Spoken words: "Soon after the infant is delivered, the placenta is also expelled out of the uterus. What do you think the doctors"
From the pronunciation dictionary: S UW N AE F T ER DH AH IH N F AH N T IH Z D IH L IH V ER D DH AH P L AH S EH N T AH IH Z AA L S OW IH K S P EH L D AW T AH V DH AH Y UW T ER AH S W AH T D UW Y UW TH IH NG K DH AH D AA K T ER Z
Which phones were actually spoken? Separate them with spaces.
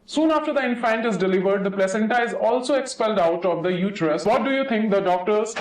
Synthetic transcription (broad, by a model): S UW N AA F T ER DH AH IH N F AH N T IH Z D IH L IH V ER D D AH P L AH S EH N T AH IH Z AA L S OW IH K S P EH L D AW T AH V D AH Y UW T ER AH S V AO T D UW Y UW T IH NG K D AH D AA K T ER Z